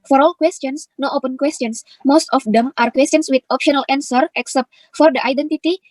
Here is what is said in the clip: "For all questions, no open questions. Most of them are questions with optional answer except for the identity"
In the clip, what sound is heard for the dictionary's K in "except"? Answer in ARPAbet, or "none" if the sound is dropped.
K